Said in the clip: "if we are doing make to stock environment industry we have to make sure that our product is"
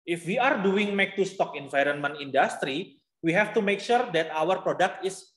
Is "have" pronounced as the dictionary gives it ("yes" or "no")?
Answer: no